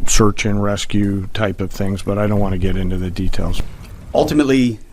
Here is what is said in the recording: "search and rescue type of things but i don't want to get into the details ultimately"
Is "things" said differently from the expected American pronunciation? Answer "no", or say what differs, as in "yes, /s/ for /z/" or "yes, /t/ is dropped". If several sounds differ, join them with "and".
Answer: no